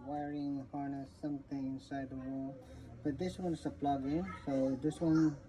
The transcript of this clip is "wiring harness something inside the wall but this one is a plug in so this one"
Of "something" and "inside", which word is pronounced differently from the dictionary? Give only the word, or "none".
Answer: something